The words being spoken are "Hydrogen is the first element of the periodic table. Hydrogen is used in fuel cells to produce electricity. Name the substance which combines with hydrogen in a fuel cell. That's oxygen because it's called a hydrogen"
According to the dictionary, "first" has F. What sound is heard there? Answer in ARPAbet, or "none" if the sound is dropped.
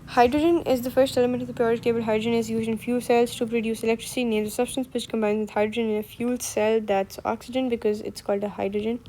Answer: F